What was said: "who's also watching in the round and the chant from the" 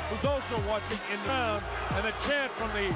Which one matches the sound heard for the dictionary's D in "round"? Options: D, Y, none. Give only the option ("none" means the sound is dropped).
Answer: none